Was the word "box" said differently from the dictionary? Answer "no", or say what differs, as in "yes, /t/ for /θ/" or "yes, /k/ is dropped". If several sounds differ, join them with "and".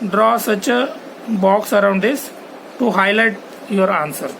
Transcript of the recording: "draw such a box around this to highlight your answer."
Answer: no